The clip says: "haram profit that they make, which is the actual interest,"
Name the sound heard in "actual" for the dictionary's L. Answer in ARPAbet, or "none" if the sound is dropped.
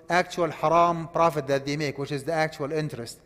L